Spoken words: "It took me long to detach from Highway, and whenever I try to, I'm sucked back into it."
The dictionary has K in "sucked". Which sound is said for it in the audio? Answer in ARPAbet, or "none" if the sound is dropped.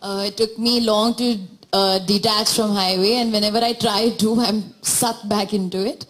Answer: none